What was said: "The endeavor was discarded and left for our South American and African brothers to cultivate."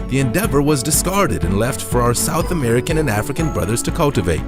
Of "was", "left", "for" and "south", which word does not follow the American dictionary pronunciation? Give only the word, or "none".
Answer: none